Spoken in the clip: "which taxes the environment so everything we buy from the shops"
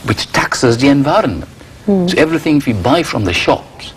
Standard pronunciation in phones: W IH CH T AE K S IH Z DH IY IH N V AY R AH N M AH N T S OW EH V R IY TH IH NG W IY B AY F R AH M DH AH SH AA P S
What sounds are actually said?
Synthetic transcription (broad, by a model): W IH CH T AE K S IH Z DH IY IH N V AY R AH N M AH N T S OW EH V R IY TH IH NG W IY B AY F R AH M DH AH SH AA P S